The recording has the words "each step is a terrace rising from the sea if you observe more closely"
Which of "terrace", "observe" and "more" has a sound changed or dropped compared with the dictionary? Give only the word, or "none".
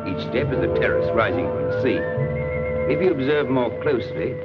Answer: none